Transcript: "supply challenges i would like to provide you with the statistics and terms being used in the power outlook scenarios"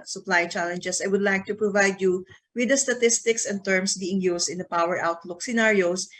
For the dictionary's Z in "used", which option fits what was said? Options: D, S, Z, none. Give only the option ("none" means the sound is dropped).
S